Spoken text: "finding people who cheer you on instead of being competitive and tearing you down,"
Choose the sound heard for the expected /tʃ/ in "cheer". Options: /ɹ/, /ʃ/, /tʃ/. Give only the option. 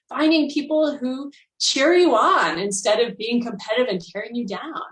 /tʃ/